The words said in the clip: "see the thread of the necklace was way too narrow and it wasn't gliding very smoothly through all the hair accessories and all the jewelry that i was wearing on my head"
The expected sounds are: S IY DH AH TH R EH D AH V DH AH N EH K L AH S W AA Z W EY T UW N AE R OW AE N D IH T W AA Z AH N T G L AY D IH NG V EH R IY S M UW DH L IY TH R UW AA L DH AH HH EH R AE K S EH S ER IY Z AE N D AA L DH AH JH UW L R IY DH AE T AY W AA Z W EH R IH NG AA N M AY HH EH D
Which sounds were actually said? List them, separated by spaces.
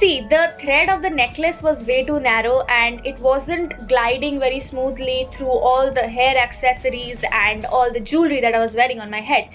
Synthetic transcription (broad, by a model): IY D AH T R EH D AH V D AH N EH K L AH S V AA Z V EY T UW N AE R OW AE N D IH T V AA Z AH N T G L AY D IH NG V EH R IY S M UW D L IY T R UW AA L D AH HH EH R AE K S EH S ER IY Z AE N D AA L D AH JH UW L R IY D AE T AY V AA Z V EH R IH NG AA N M AY HH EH D